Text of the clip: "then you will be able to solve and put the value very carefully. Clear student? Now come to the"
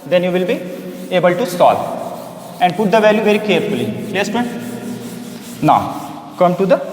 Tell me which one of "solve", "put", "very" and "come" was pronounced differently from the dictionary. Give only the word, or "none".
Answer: solve